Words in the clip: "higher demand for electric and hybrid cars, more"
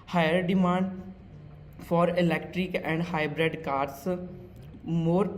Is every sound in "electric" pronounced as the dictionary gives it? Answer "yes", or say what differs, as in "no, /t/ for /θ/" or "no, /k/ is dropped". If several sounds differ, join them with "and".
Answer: yes